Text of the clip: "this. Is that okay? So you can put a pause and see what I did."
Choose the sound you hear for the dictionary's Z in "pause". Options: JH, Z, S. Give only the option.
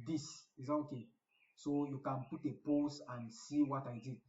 S